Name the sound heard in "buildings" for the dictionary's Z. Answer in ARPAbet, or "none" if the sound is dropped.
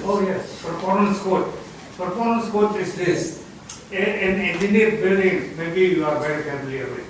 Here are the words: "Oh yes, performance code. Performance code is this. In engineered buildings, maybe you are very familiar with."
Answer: none